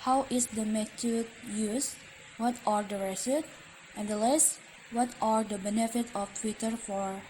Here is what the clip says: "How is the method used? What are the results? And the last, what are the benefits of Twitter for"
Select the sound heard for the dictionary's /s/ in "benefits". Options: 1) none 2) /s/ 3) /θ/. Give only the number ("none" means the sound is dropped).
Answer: 1